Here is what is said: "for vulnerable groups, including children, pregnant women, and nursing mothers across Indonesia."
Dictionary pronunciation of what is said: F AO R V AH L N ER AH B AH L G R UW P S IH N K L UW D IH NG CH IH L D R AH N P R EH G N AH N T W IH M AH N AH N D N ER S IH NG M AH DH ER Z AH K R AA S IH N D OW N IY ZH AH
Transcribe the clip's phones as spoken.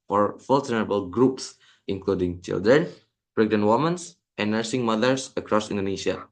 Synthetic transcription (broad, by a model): F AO R F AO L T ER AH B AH L G R UW P S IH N K L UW D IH NG CH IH L D R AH N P R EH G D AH N W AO M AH N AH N N ER S IH NG M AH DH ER S AH K R AA S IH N D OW N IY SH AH